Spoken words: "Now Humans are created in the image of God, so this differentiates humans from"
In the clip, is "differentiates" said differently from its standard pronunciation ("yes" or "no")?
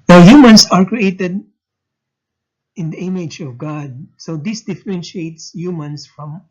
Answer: no